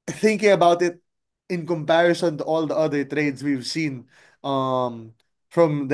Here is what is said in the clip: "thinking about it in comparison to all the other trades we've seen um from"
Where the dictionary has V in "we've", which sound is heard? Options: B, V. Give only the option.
V